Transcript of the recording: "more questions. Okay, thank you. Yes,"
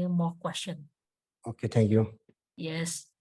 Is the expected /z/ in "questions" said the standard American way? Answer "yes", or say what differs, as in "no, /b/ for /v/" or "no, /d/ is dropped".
no, /z/ is dropped